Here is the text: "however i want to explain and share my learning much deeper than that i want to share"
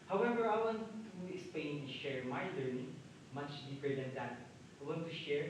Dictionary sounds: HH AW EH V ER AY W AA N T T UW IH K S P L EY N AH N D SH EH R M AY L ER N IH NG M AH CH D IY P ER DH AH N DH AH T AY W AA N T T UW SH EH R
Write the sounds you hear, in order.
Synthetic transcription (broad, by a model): HH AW EH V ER AY W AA N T T UW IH K S P L EY AH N SH EH R M AY L ER N IH NG M AH CH D IY P ER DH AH N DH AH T AY W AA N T T UW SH EH R